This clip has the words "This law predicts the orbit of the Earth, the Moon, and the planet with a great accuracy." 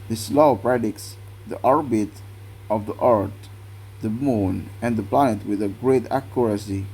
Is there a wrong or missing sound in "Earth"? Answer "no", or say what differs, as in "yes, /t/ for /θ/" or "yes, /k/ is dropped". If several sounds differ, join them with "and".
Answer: yes, /t/ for /θ/